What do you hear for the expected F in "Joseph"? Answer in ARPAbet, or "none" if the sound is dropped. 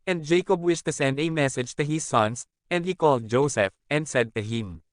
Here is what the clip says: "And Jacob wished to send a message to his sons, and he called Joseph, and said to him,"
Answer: F